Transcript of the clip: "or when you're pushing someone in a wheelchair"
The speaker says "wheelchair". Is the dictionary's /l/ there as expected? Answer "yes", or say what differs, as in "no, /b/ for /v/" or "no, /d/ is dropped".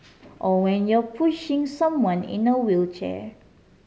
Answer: yes